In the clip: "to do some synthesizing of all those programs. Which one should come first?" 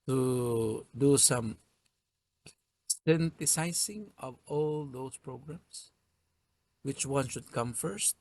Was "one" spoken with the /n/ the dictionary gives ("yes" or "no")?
yes